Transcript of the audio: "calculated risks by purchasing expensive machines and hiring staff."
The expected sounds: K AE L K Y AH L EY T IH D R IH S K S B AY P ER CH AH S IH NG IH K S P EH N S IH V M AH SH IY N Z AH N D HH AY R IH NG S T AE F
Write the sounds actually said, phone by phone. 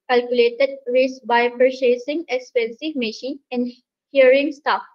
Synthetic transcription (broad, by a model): K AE L K Y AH L EY T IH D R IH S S B AY P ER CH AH S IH NG IH K S P EH N S IH V M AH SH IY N AH N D HH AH R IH NG S T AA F